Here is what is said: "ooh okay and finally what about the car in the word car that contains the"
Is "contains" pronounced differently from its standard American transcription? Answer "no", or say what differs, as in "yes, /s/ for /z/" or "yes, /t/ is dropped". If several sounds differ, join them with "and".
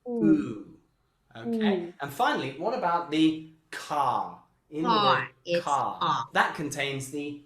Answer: no